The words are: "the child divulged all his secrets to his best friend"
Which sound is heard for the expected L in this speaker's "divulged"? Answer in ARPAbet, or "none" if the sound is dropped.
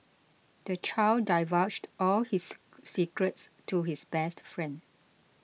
none